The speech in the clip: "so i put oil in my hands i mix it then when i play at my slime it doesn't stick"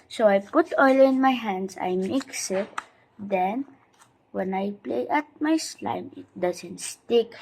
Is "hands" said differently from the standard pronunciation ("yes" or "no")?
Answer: yes